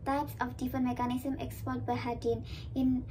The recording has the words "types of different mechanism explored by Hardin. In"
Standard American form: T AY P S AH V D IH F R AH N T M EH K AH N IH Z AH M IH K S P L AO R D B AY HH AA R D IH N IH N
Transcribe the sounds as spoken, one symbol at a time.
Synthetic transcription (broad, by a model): T AY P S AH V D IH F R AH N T M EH K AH N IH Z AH M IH K S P AO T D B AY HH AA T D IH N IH N